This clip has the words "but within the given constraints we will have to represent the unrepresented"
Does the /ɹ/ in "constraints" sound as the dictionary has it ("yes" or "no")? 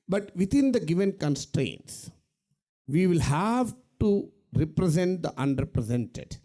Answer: yes